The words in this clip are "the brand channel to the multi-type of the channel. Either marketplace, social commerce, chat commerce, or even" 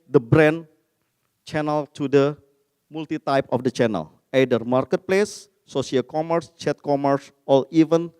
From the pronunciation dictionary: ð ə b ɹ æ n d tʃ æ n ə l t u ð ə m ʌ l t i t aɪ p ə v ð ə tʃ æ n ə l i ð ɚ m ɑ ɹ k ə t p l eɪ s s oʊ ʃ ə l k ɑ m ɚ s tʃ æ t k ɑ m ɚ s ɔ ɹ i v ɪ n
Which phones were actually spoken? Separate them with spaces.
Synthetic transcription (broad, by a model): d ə b ɹ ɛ n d tʃ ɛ n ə l t u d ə m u l t i t aɪ p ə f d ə tʃ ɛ n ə l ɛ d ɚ m ɑ ɹ k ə t p l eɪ s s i ə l k ɑ m ɚ s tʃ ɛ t k ɑ m ɚ s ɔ l i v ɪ n